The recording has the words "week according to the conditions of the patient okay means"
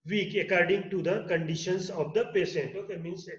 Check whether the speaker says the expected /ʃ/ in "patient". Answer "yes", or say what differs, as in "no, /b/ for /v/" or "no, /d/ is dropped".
no, /s/ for /ʃ/